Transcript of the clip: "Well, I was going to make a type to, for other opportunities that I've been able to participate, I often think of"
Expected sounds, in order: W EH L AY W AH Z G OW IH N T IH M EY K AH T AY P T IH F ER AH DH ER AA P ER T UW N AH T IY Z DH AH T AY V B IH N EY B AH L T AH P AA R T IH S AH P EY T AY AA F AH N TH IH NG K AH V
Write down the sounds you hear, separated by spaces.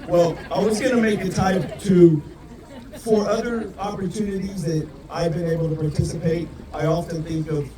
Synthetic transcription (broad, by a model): W EH L AY W AH Z G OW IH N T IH M EY K AH T AY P T IH F ER AH DH ER AA P ER T UW N AH T IY Z DH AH T AY V B IH N EY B L T AH P AA R T IH S AH P EY T AY AA F AH N TH IH NG K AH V